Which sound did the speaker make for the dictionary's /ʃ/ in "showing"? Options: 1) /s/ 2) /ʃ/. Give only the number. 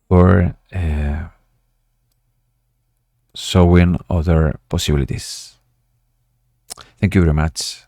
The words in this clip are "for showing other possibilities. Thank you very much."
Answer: 1